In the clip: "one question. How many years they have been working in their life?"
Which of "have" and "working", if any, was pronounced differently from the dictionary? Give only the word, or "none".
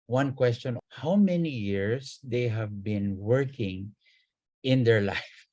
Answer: none